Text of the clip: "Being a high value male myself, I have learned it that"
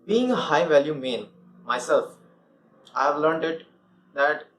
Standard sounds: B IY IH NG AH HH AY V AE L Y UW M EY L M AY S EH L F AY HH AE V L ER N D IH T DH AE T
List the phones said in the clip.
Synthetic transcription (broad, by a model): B IY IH NG AH HH AY V AE L Y UW M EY N M AY S EH L F AY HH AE V L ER N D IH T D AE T